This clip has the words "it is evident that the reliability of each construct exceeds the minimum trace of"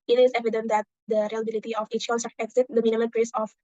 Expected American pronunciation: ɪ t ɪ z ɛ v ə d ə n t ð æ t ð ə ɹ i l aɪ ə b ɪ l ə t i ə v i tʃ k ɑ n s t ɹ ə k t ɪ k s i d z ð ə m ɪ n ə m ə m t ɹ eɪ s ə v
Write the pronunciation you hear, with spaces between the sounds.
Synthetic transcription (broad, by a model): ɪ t ɪ z ɛ v ə d ə n t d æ t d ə ɹ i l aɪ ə b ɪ l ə t i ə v i tʃ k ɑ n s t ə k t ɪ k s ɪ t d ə m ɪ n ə m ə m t ɹ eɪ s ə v